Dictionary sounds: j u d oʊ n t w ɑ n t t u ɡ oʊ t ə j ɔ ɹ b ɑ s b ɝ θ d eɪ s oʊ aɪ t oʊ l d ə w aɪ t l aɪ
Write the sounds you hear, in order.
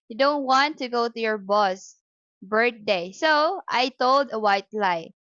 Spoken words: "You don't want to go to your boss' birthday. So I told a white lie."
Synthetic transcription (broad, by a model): j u d oʊ n t w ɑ n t t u ɡ oʊ t ə j ɔ ɹ b ɑ s b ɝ t d eɪ s oʊ aɪ t oʊ l d ə w aɪ t l aɪ